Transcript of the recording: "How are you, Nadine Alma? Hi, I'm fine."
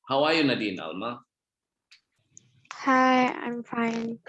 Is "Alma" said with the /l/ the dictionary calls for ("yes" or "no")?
yes